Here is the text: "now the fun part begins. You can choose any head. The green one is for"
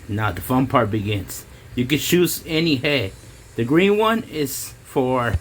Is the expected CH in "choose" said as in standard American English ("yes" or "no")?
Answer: no